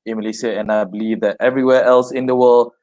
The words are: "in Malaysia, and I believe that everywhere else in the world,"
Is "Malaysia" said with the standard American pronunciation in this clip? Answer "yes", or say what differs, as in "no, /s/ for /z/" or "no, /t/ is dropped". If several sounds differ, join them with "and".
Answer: no, /s/ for /ʒ/